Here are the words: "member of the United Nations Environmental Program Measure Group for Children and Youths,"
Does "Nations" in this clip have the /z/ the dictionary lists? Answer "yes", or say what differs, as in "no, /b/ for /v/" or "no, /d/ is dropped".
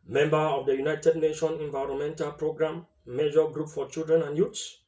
no, /z/ is dropped